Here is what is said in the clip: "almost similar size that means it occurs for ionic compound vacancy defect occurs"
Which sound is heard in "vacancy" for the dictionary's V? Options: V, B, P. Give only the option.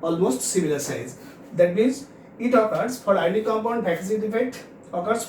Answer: B